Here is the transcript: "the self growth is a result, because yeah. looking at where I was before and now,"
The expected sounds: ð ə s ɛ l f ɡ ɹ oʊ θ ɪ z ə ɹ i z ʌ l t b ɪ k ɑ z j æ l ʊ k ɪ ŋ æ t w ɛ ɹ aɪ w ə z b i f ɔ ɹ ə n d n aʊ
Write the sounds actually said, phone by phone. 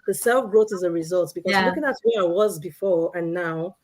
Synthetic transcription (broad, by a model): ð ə s ɛ l f ɡ ɹ oʊ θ ɪ z ə ɹ i z ʌ l t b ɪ k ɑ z l ʊ k ɪ ŋ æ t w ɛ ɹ aɪ w ə z b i f ɔ ɹ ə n n aʊ